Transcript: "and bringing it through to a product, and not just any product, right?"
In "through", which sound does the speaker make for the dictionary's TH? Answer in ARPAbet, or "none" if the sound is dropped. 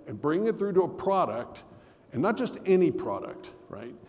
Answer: TH